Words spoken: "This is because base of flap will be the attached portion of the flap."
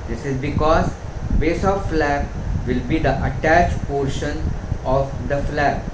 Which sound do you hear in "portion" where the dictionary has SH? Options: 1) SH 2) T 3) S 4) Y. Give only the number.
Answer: 1